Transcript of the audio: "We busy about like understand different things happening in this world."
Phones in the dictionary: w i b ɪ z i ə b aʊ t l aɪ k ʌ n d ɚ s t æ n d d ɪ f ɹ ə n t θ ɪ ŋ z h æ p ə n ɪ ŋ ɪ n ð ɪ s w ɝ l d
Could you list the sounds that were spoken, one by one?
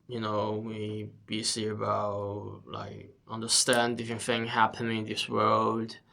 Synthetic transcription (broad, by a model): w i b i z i ə b aʊ t l aɪ k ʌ n d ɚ s t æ n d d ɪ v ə n θ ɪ ŋ h æ p ə n ɪ ŋ ɪ n ð ɪ s w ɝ l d